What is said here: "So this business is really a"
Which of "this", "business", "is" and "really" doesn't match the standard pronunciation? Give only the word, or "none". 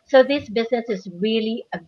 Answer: none